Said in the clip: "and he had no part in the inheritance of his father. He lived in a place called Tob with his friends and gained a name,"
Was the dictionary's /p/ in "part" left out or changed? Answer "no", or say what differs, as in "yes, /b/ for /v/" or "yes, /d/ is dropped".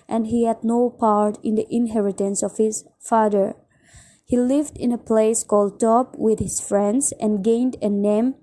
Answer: no